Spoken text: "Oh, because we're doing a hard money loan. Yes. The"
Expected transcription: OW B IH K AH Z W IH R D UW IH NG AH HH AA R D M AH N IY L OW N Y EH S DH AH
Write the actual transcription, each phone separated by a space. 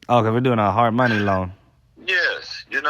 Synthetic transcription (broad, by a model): OW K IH AH W IH R D UW IH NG AH HH AA R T M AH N IY L OW N Y EH S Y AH